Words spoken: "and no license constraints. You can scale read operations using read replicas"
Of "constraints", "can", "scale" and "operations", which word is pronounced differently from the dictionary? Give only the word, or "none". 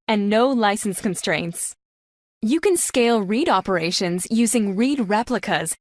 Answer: none